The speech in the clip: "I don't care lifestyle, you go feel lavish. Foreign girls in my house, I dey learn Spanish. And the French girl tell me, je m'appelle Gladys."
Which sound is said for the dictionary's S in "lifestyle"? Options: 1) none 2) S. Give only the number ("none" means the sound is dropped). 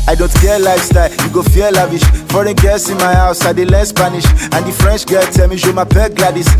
2